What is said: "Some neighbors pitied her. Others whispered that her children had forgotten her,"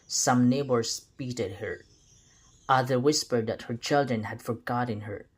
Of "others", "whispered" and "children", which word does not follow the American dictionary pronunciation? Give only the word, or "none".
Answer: others